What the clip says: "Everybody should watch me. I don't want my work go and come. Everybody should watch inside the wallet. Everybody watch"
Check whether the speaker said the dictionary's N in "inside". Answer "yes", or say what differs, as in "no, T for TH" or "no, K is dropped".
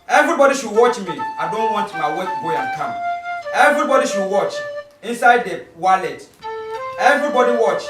yes